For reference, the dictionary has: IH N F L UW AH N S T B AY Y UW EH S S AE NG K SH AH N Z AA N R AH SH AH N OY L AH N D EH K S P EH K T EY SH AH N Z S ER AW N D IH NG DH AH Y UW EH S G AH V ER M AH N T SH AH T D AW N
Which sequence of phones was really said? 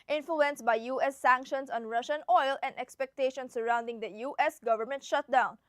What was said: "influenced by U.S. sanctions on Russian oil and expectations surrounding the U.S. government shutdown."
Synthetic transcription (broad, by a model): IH N F L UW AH N S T B AY Y UW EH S S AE NG K SH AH N S AA N R AH SH AH N OY L AH N D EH K S P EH K T EY SH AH N S ER AW N D IH NG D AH Y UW EH S G AH V ER M AH N T SH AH T D AW N